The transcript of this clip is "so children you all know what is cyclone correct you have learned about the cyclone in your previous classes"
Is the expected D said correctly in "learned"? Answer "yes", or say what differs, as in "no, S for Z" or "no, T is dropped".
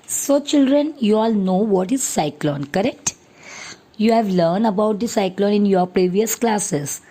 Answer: yes